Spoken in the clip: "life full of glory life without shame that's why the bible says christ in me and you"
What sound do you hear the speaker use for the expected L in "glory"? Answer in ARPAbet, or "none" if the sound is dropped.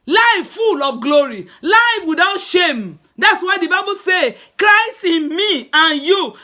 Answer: L